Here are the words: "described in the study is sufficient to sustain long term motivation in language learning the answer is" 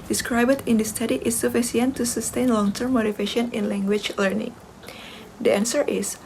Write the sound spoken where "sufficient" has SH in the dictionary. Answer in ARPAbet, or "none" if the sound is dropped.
S